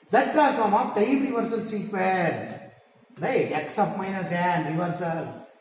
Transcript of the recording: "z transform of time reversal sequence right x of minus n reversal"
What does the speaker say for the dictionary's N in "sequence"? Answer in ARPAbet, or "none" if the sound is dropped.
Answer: L